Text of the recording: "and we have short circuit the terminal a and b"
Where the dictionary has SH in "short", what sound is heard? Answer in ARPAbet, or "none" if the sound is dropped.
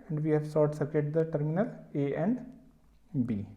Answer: S